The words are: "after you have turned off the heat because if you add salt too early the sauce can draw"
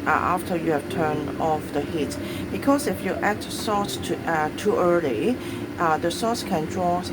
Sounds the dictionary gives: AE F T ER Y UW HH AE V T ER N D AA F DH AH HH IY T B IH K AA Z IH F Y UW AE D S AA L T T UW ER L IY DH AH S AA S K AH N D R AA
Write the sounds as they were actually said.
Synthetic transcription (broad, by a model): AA F T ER Y UW HH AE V T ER N AA F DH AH HH IY T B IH K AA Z IH F Y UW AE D S AA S T T ER L IY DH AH S AA S K AH N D R AA